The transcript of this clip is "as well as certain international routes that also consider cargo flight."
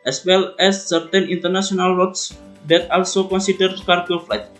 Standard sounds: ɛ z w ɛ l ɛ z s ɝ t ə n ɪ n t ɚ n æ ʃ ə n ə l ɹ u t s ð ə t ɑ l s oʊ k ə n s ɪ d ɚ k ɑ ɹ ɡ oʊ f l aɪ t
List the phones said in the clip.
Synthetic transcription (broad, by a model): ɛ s w ɛ l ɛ s ɝ t ə n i n t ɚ n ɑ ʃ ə n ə l w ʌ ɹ s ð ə t ɑ l s oʊ k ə n s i d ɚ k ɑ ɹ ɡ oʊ f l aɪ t